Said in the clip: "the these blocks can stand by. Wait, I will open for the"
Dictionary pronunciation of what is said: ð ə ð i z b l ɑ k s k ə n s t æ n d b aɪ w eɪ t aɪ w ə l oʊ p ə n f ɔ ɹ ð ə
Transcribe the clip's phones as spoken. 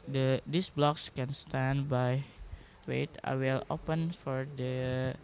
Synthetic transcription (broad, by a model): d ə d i s b l ɑ k s k ə n s t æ n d b aɪ w eɪ t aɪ w ə l oʊ p ə n f ɔ ɹ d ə